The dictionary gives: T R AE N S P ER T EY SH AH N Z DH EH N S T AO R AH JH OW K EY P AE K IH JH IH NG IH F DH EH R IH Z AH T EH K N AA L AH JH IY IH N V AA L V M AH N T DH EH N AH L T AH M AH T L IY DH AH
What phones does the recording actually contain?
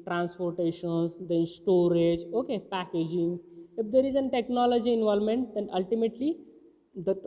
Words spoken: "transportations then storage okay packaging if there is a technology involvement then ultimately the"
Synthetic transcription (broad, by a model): T R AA N S P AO T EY SH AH N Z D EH N S T AO R AH JH OW K EY P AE K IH JH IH NG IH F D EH R IH Z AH T EH K N AA L AH JH IY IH N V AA L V M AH N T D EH N AH L T AH M AH T L IY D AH